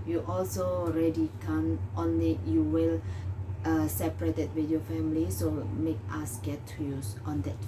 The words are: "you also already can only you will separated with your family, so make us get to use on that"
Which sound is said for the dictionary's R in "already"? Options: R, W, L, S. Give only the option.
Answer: R